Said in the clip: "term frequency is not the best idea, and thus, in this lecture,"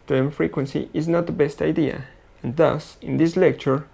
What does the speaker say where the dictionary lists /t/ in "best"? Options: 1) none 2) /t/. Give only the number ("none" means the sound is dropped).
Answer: 2